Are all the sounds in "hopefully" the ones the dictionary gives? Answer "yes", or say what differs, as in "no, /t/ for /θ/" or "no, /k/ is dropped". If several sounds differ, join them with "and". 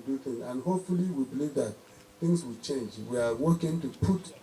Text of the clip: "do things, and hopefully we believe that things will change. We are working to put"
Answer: yes